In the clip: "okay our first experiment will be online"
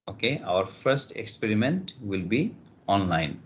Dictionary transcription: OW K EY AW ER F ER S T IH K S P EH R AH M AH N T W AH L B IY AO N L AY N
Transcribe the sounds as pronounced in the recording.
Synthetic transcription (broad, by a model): OW K EY AW ER F ER S T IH K S P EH R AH M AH N T W AH L B IY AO N L AY N